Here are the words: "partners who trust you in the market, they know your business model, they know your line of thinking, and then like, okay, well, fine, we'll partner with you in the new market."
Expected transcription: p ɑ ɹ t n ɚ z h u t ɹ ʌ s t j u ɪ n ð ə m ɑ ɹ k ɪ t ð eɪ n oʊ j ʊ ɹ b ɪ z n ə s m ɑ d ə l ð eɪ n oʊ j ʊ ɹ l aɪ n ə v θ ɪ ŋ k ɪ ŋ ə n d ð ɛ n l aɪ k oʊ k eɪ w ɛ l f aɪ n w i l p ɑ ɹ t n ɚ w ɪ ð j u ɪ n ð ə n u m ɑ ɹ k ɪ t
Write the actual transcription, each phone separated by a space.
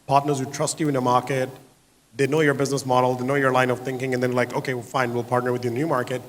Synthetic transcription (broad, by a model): p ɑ ɹ t n ɚ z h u t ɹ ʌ s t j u ɪ n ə m ɑ ɹ k ɪ t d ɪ n oʊ j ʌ ɹ b ɪ z n ə s m ɑ d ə l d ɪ n oʊ j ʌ ɹ l aɪ n ə v θ ɪ ŋ k ɪ ŋ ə n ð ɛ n l aɪ k oʊ k eɪ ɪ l f aɪ n w i l p ɑ ɹ t n ɚ w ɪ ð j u ɪ n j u m ɑ ɹ k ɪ t